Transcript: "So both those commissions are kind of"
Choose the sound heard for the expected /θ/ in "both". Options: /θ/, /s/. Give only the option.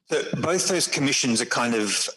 /θ/